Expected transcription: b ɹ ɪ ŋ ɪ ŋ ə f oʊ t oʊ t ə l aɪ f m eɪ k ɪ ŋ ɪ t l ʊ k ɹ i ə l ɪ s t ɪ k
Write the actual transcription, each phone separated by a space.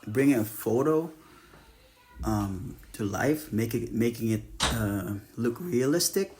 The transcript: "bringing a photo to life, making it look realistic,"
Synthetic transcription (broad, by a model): b ɹ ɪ ŋ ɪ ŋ ə f oʊ t oʊ t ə l aɪ f m eɪ k ɪ ŋ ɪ t l ʊ k ɹ i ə l ɪ s t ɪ k